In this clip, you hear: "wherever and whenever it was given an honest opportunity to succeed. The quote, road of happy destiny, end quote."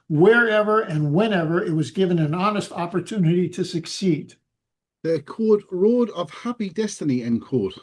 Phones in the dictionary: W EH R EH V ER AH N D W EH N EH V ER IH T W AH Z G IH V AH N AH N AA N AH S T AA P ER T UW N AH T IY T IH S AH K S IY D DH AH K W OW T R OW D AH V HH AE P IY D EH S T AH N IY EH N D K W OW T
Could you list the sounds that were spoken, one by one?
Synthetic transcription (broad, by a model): W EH R EH V ER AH N W EH N EH V ER IH T W AH Z G IH V AH N AH N AA N AH S T AA P ER T UW N AH T IY T IH S AH K S IY D DH AH K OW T R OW D AH V HH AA P IY D EH S T AH N IY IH N K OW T